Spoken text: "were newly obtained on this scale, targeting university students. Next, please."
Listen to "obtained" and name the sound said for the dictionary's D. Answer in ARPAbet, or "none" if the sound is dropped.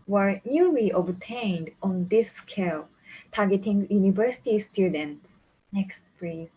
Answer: D